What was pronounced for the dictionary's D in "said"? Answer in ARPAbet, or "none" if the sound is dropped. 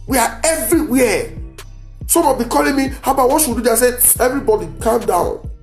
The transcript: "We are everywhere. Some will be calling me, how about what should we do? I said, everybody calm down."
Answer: none